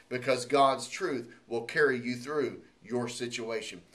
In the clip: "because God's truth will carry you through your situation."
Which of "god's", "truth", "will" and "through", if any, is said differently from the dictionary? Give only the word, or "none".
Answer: none